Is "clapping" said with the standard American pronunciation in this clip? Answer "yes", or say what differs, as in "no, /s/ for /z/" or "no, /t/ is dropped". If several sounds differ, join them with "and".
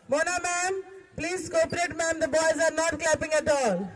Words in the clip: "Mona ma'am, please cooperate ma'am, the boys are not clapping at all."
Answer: yes